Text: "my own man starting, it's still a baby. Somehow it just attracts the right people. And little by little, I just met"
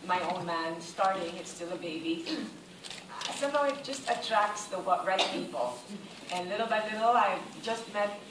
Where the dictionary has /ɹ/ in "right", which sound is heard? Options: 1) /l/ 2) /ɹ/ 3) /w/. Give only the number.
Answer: 3